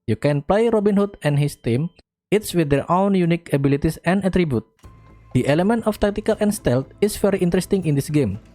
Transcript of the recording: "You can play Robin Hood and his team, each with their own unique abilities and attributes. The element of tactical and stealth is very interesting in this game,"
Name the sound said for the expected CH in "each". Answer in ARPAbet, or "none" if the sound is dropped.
S